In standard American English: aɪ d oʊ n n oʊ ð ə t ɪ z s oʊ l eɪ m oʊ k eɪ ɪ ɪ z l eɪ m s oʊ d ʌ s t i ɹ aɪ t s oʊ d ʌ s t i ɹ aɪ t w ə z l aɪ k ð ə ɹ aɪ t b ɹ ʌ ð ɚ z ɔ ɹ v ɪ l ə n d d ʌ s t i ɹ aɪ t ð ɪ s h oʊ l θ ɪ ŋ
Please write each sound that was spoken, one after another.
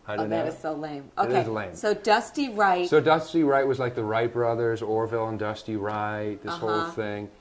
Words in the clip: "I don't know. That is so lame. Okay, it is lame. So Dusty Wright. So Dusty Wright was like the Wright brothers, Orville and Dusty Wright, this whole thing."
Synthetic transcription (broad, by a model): aɪ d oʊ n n ð ə t ɪ z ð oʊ l eɪ m oʊ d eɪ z l eɪ m s oʊ d ʌ s t i ɹ aɪ t s oʊ d ʌ s t i ɹ aɪ t w ə z l aɪ k ð ə ɹ aɪ t b ɹ ʌ ð ɚ z ɔ ɹ v ɪ l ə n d d ʌ s t i ɹ aɪ t ð ɪ s h oʊ l θ ɪ ŋ